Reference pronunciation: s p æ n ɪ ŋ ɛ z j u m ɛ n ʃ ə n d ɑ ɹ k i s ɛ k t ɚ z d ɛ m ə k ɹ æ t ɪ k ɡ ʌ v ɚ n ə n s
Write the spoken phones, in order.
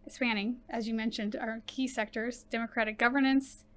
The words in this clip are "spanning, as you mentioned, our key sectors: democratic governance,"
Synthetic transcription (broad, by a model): s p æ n ɪ ŋ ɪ z j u m ɛ n ʃ ə n d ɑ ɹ k i s ɛ k t ɚ z d ɛ m ə k ɹ æ t ɪ k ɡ ʌ v ɚ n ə n s